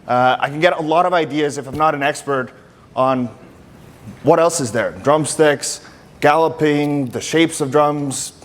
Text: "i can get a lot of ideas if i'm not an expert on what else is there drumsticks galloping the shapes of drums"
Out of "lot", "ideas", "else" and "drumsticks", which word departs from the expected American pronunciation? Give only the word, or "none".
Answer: none